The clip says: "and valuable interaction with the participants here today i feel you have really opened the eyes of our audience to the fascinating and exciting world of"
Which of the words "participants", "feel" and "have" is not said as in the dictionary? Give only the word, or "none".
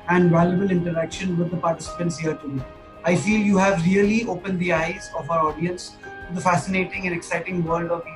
none